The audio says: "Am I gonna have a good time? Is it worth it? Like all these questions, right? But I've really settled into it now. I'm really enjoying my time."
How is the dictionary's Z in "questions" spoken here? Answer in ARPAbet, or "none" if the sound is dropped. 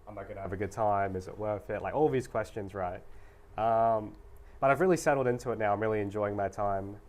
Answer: Z